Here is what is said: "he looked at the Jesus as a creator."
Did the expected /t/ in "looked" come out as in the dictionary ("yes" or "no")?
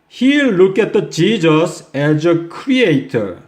no